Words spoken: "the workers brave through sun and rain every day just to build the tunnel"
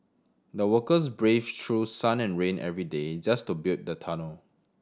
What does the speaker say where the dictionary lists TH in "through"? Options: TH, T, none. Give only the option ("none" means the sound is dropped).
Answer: T